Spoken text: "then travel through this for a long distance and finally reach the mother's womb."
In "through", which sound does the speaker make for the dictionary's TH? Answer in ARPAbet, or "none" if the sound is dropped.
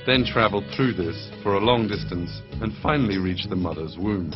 TH